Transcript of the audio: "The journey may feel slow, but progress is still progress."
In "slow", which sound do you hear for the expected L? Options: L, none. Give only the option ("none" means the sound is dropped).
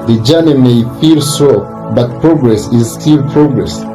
none